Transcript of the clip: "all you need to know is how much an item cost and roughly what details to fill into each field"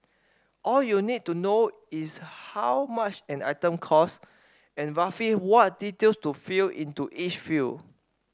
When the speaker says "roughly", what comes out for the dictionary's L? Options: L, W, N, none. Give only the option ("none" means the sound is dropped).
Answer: none